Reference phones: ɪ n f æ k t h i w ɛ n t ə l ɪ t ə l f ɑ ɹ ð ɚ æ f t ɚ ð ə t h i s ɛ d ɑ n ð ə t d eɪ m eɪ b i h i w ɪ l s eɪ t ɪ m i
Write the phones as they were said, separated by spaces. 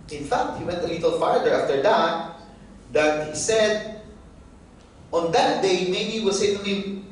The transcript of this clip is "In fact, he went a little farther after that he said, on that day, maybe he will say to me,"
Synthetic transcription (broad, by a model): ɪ n f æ k t h i w ɛ n t ə l ɪ t ə l f ɑ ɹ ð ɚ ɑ f t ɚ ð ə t h i s ɛ d ɑ n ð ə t d eɪ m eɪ i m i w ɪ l s eɪ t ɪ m